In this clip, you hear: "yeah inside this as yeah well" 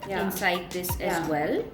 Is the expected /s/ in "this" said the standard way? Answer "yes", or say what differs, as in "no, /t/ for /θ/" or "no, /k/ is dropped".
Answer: yes